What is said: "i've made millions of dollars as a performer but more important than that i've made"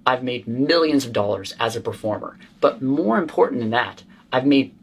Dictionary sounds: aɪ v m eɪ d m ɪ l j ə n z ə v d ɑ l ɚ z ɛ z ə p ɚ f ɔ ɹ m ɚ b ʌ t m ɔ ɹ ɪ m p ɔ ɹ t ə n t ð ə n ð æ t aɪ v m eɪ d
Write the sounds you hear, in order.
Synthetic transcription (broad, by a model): aɪ v m eɪ d m ɪ l j ə n z ə v d ɑ l ɚ z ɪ z ə p ɚ f ɔ ɹ m ɚ b ʌ t m ɔ ɹ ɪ m p ɔ ɹ t n ð ə n ð æ t aɪ v m eɪ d